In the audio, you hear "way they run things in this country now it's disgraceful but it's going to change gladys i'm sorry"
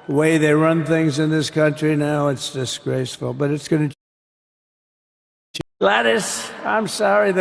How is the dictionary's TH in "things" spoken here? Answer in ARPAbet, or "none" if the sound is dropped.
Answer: TH